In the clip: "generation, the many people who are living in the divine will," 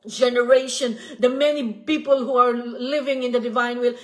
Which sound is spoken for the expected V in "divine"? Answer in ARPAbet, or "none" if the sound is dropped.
V